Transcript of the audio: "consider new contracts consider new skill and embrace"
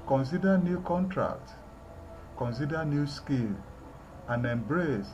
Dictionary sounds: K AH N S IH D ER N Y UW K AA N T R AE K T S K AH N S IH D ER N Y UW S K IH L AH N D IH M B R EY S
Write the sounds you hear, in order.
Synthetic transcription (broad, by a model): K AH N S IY D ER N Y UW K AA N T R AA K T K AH N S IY D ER N Y UW S K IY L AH N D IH M B R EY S